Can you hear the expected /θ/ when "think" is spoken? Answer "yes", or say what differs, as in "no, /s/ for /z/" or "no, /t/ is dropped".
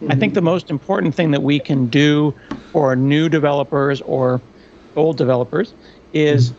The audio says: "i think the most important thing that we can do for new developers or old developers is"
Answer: yes